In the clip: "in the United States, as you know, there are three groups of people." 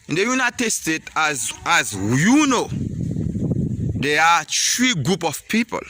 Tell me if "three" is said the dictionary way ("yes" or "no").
no